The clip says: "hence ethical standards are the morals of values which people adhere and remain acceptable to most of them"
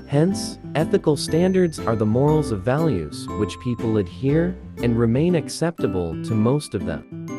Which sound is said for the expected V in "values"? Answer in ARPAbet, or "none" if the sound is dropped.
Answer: V